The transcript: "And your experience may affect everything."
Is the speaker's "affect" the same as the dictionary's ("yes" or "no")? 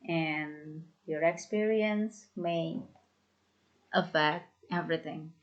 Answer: yes